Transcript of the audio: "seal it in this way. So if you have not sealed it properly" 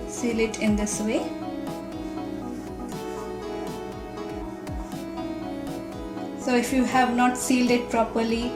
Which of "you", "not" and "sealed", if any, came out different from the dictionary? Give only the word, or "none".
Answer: none